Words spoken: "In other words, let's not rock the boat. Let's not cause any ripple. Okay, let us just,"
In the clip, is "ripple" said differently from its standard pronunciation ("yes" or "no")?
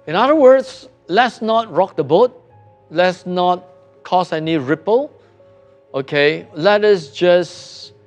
no